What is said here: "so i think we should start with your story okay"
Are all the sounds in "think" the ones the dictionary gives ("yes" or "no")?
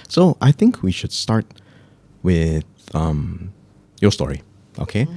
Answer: yes